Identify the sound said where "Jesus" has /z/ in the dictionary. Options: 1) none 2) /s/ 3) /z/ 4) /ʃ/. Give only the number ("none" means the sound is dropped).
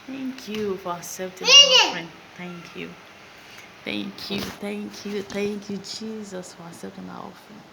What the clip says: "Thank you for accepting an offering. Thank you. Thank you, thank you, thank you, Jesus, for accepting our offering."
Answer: 3